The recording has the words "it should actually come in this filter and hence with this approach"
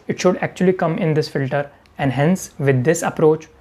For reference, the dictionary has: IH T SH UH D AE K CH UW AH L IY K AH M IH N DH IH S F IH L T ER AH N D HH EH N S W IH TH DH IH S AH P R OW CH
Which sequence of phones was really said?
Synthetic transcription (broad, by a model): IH T SH UH D AE K CH UW AH L IY K AH M IH N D IH S F IH L T ER AH N D HH EH N S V IH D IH S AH P R OW CH